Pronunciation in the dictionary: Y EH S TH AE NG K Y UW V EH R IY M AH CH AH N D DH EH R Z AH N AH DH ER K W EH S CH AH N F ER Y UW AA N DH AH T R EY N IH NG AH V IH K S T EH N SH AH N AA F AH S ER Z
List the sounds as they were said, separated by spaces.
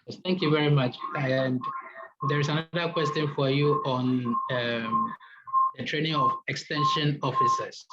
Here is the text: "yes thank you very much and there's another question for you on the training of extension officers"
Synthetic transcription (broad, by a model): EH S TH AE NG K Y UW V EH R IY M AH CH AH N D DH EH R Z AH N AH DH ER K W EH S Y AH N F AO Y UW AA N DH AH T R EY N IH NG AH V IH K S T EH N SH AH N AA F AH S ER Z